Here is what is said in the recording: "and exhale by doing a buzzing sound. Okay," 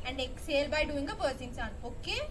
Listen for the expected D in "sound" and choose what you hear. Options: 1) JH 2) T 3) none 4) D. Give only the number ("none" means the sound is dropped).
3